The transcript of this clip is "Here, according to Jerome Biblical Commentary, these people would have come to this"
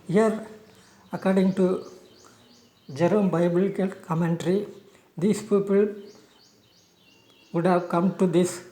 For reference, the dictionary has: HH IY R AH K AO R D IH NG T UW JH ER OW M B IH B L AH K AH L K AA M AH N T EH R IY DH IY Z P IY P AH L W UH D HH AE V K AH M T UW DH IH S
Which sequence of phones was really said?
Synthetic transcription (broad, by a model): HH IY R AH K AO R D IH NG T UW JH ER OW M B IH B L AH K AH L K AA M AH N T R IY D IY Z P IY P AH L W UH D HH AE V K AH M T UW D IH S